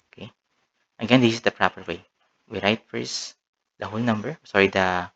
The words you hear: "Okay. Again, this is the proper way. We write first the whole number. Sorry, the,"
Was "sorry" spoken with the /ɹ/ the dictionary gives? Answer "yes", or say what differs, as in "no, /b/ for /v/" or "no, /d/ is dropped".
yes